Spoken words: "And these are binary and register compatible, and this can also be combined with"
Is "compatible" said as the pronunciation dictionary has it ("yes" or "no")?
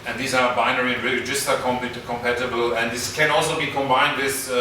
yes